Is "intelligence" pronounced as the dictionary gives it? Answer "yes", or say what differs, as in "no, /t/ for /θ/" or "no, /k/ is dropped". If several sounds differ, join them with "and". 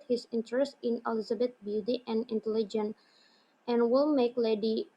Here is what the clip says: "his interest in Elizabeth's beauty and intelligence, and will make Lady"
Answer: no, /s/ is dropped